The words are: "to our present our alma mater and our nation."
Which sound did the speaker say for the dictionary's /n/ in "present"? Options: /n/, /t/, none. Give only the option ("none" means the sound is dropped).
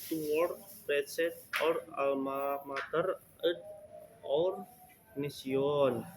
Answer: none